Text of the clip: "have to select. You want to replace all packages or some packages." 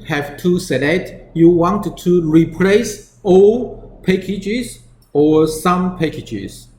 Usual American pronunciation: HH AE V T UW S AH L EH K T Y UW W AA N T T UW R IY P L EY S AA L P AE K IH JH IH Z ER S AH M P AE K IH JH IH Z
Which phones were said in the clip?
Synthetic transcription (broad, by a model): HH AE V T UW S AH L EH T Y UW W AA N T T UW R IY P L EY S AA L P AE K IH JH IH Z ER S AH M P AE K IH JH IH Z